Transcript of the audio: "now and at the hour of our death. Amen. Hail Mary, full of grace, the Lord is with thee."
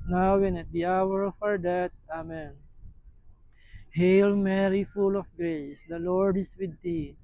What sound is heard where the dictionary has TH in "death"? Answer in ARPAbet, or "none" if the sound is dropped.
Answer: T